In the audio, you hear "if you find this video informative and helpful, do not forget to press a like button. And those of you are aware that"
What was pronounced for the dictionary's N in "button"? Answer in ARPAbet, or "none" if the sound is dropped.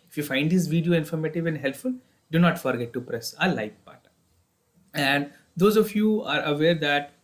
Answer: none